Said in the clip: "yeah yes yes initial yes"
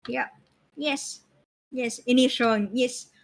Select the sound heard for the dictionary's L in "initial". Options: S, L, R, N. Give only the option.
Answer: N